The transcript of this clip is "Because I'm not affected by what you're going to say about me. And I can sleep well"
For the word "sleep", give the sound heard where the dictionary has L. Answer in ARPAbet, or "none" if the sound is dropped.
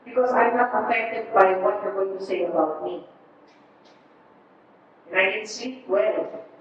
none